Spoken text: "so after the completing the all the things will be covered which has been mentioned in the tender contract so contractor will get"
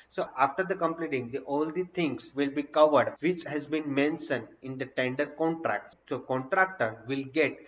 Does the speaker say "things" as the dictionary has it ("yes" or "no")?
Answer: no